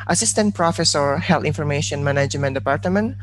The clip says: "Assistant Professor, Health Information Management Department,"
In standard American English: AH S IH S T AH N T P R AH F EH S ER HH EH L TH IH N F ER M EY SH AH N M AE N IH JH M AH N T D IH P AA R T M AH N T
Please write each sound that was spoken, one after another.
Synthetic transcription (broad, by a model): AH S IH S T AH N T P R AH F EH S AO HH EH L T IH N F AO M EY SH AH N M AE N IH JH M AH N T D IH P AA R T M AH N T